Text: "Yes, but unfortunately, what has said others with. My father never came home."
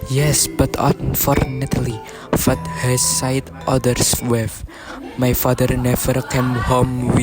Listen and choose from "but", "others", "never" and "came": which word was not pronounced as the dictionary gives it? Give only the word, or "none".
others